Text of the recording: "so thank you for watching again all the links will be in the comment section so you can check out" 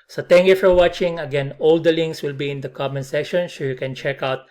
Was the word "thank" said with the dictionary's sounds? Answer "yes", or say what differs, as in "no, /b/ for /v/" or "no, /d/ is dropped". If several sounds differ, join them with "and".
no, /t/ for /θ/